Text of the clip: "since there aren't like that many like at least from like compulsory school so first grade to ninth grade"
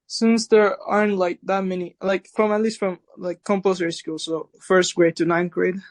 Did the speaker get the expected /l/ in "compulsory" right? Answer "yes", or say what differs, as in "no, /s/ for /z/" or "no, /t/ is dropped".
no, /l/ is dropped